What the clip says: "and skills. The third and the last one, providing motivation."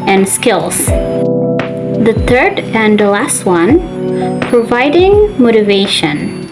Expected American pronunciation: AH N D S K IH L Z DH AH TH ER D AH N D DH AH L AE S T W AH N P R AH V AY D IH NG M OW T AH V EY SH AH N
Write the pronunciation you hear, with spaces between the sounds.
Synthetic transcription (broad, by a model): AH N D S K IH L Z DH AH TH ER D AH N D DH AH L AE S T W AH N P R AH V AY D IH NG M OW T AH V EY SH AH N